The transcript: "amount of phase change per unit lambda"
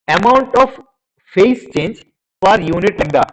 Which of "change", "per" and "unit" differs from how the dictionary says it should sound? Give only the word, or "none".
per